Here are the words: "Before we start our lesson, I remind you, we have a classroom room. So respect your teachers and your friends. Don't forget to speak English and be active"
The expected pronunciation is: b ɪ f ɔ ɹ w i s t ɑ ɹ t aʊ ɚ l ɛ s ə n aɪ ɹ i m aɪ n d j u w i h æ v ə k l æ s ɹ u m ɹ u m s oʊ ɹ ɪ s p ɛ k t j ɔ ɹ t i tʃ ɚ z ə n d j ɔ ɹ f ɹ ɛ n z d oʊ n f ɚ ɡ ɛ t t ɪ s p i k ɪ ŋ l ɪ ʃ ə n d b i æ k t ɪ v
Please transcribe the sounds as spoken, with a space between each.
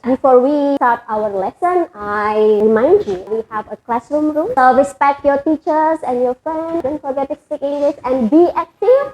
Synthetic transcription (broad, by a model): b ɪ f ɔ ɹ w i s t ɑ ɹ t aʊ ɚ l ɛ s ə n aɪ ɹ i m aɪ n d j u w i h æ v ə k l æ s ɹ u m ɹ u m s oʊ ɹ ɪ s p ɛ k t j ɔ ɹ t i tʃ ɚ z ə n d j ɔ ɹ f ɹ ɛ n d oʊ n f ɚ ɡ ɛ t t ɪ s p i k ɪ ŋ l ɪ s ə n d b i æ k t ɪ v